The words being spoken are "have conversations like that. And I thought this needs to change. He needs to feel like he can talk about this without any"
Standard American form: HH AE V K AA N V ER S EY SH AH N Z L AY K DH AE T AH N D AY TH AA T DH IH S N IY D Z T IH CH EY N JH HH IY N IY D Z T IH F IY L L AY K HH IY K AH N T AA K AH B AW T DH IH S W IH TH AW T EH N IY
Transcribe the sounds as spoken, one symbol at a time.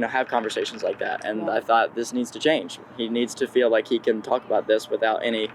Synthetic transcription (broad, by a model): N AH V K AA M V ER S EY SH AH N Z L AY K DH AE T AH N AY TH AA T DH IH S N IY D Z T IH CH EY N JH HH IY N IY D Z T IH F IY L L AY K HH IY K AH N T AA K AH B AW T DH IH S W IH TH AW T EH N IY